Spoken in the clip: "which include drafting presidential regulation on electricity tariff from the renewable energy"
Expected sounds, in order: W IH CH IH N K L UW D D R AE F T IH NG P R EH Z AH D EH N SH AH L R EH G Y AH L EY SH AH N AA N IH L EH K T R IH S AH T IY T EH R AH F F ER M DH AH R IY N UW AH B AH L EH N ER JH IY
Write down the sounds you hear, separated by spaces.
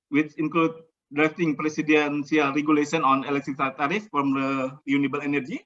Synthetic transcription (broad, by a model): W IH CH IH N K L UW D D R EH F T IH NG P R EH S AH D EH N S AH L R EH G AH L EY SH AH N AA N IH L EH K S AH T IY T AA R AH F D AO M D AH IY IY N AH B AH L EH N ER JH IY